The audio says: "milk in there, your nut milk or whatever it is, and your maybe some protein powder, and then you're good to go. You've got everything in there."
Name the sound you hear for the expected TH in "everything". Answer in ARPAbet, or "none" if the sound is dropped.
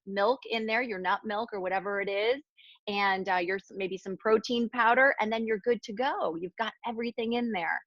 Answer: TH